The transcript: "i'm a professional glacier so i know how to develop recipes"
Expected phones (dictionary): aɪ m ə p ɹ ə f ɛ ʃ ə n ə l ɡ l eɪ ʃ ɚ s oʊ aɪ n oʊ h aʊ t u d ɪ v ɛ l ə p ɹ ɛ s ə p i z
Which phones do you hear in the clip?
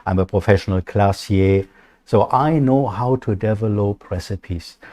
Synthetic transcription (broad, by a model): aɪ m ə p ɹ ə f ɛ ʃ ə n ə l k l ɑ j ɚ s oʊ aɪ n oʊ h aʊ t u d ɪ v ɛ l ə p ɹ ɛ s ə p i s